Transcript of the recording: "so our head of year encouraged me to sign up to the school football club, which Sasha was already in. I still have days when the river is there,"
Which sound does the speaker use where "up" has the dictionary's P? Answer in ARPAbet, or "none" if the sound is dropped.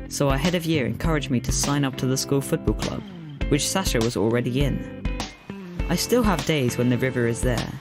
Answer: P